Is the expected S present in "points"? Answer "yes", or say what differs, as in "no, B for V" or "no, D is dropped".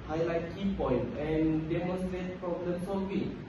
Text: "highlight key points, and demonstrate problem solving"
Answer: no, S is dropped